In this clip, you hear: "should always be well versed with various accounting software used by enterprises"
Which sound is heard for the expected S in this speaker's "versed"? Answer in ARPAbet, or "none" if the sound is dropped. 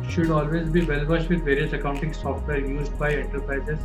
SH